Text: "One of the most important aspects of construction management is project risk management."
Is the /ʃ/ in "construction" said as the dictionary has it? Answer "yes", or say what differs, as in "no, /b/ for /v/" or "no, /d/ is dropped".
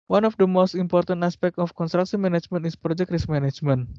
no, /s/ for /ʃ/